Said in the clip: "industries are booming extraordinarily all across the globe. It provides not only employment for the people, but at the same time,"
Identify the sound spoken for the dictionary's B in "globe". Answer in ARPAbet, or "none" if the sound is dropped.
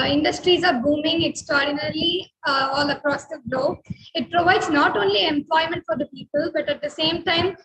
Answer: none